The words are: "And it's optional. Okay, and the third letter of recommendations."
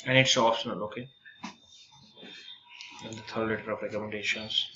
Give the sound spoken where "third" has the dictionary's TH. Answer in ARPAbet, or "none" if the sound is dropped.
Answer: T